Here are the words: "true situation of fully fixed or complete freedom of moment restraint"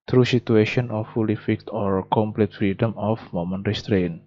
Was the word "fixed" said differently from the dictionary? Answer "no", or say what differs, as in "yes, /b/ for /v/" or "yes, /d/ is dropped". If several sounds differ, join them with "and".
yes, /s/ is dropped